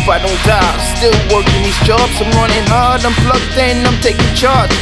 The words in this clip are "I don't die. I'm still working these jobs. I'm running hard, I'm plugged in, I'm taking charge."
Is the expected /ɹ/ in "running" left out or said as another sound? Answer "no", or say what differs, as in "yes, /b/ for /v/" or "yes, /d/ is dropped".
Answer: no